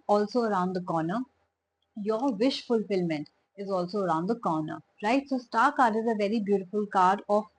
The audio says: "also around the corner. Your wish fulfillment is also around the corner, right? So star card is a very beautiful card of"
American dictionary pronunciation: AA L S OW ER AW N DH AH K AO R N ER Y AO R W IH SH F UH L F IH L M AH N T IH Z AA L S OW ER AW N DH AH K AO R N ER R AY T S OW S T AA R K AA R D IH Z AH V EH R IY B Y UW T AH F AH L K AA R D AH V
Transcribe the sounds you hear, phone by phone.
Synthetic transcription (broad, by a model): AA L S OW ER AW N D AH K AO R N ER Y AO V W IH SH F UH L F IH L M AH N T IH Z AA L S OW ER AW N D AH K AO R N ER R AY T S OW S T AA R K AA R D IH Z AH V EH R IY B Y UW T AH F AH L K AA R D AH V